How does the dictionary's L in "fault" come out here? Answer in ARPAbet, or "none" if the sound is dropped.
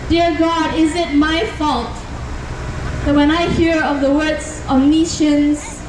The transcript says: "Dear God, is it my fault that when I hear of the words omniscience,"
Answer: L